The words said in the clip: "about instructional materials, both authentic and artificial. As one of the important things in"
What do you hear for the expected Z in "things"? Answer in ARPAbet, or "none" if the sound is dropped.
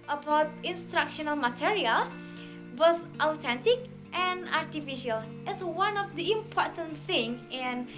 none